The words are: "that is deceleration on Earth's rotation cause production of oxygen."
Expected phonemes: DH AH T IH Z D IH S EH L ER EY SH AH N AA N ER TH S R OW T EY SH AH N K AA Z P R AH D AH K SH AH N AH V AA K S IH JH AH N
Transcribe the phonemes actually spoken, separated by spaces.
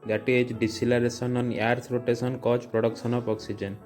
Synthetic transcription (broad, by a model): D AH T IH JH D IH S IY L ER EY S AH N AA N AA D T R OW T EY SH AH N K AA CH P R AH D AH K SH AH N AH P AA K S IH JH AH N